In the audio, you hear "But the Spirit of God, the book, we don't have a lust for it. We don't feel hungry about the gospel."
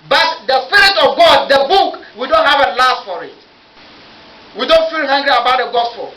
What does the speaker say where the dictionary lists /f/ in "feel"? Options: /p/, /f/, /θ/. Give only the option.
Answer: /f/